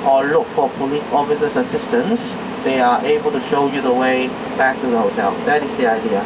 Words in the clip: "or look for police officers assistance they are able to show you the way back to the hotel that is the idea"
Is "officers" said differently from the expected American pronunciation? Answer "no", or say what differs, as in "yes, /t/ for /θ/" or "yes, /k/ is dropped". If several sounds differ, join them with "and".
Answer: yes, /s/ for /z/